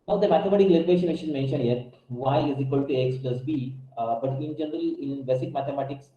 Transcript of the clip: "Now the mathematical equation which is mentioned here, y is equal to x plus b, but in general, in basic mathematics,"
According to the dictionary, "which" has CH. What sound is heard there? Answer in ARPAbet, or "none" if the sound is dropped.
SH